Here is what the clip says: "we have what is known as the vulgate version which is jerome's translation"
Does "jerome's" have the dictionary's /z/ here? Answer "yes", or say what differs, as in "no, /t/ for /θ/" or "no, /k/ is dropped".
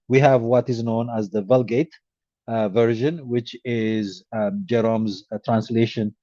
yes